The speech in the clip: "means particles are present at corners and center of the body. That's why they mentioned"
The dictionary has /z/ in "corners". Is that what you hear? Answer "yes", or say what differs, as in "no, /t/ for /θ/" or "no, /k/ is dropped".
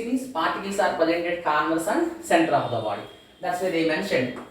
no, /s/ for /z/